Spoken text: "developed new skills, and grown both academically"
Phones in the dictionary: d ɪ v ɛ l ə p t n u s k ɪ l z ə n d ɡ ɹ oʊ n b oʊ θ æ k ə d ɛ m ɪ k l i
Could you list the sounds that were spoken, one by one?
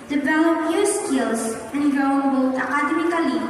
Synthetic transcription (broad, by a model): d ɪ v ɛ l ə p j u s k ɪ l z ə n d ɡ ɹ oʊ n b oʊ t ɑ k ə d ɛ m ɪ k l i